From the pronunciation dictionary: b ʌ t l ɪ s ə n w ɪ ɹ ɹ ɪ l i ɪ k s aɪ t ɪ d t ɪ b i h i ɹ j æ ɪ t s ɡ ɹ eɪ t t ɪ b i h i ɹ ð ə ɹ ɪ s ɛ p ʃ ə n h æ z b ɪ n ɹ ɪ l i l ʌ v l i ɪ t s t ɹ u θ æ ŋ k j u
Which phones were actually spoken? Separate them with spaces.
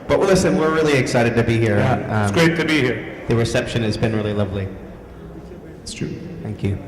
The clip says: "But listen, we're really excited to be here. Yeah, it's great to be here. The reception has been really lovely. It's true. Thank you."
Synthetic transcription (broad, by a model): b ʌ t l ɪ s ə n w ɪ ɹ ɹ ɪ l i ɪ k s aɪ t ɪ d t ɪ b i h i ɹ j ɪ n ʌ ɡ ɹ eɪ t t ɪ b i h i ɹ ð ə ɹ ɪ s ɛ p ʃ ə n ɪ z b ɪ n ɹ ɪ l i l ʌ v l i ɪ t s t ɹ u θ æ ŋ k j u